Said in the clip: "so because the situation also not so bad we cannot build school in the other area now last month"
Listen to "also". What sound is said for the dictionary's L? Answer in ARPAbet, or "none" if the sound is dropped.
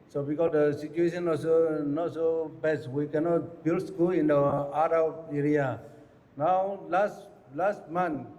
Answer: none